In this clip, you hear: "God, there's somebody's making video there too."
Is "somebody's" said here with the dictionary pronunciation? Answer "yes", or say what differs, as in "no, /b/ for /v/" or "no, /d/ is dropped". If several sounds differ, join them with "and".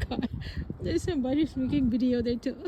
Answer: no, /s/ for /z/